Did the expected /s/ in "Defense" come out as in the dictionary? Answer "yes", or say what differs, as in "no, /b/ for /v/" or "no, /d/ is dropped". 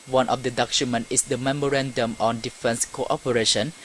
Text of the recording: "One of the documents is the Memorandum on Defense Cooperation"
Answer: yes